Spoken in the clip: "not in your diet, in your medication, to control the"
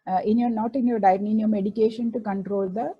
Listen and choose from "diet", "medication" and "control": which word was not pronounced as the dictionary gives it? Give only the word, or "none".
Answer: diet